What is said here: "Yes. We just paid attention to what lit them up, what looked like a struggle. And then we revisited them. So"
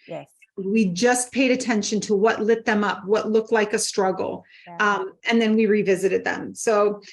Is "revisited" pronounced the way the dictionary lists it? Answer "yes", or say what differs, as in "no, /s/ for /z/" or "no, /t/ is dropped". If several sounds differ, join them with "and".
yes